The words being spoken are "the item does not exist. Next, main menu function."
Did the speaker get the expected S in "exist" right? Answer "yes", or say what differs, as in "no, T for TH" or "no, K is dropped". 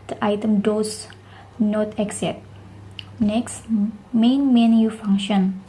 no, S is dropped